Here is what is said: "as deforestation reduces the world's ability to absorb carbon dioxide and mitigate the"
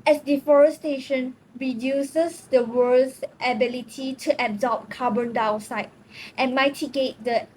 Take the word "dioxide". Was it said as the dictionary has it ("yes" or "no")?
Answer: no